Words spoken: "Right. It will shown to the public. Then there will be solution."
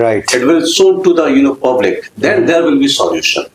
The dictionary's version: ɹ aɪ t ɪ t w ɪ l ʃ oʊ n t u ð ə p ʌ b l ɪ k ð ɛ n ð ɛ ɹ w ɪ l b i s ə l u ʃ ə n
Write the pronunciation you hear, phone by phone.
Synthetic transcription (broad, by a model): ɹ aɪ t ɪ t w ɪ l s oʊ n t u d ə p ʌ b l ɪ k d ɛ n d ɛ ɹ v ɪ l b i s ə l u ʃ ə n